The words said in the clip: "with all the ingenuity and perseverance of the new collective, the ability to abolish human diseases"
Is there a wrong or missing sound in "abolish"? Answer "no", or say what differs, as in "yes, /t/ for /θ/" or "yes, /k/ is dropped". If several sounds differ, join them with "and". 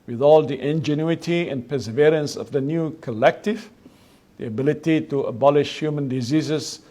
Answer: no